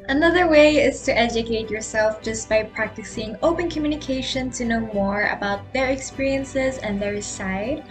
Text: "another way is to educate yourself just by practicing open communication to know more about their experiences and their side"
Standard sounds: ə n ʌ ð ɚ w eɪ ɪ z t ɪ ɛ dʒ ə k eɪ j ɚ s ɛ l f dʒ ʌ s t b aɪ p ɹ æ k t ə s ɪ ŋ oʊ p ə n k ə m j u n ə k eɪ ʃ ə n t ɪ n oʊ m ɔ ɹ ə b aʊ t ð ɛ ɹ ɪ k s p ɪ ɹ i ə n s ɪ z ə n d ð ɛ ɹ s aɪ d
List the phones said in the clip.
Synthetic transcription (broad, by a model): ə n ʌ ð ɚ w eɪ ɪ z t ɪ ɛ dʒ ə k eɪ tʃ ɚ s ɛ l f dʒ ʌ s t b aɪ p ɹ æ k t ə s ɪ ŋ oʊ p ə n k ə m j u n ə k eɪ ʃ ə n t ɪ n oʊ m ɔ ɹ ə b aʊ t ð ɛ ɹ ɪ k s p ɪ ɹ i ə n s ɪ z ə n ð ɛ ɹ s aɪ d